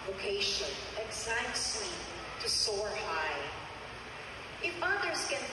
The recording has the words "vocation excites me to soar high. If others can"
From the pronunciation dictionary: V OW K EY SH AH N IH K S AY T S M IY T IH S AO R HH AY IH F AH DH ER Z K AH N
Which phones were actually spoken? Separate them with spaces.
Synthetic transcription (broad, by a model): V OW K EY SH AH N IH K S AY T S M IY T IH S AO R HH AY IH F AH DH ER Z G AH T